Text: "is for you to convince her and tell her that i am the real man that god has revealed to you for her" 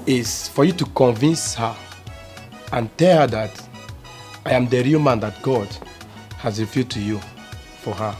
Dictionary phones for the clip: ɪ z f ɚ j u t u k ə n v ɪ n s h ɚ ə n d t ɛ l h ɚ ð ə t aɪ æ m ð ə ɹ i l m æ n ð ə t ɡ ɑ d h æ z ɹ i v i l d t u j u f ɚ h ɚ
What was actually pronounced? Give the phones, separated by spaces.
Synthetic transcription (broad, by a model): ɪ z f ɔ j u t u k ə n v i n s h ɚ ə n t ɛ l h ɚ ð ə t aɪ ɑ m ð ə ɹ i l m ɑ n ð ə t ɡ ɑ d h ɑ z ɹ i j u d t u j u f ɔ h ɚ